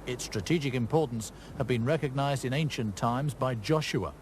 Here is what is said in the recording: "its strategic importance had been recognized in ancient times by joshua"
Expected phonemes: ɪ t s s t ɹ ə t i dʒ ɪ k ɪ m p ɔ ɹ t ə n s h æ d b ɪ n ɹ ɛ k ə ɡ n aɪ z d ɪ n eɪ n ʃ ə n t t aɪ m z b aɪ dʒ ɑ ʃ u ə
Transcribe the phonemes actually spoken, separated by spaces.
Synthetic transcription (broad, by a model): ɪ t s s t ɹ ə t i dʒ ɪ k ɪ m p ɔ ɹ t n s h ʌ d b ɪ n ɹ ɛ k ə ɡ n aɪ z d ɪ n eɪ n ʃ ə n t t aɪ m z b aɪ dʒ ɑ ʃ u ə